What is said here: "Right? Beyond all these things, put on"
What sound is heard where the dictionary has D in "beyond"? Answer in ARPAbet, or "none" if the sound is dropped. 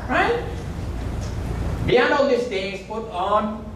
none